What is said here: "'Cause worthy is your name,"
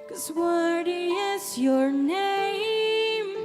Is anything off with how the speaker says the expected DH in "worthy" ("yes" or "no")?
yes